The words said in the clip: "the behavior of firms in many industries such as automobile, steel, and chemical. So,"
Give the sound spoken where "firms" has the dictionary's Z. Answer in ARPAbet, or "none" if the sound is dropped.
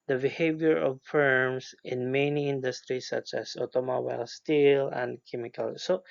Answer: S